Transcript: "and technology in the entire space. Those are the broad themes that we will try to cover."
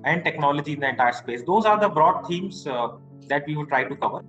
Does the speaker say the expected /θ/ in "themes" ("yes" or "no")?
no